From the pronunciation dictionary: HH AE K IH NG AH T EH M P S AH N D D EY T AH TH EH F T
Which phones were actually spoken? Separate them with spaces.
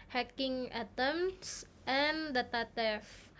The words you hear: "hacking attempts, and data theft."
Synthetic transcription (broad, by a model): HH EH K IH NG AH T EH M S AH N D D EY T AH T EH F